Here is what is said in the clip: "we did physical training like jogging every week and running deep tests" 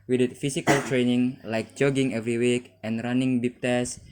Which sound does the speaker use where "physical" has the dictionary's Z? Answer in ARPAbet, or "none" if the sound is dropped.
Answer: S